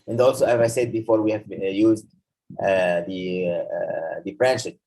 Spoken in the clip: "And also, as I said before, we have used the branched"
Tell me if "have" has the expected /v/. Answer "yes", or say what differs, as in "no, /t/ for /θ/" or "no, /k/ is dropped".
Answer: yes